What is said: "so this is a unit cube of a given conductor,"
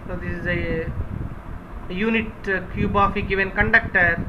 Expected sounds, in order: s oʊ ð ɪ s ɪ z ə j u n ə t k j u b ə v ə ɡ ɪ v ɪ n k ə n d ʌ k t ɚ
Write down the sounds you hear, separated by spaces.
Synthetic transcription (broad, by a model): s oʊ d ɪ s ɪ z ə j u n ə t k j u b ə f ə ɡ ɪ v ɪ n k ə n d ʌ k t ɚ